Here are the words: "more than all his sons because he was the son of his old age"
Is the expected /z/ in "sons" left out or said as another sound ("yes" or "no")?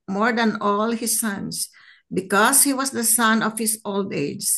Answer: yes